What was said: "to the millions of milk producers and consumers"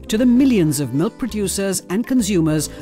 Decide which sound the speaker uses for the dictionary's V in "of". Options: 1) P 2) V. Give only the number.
2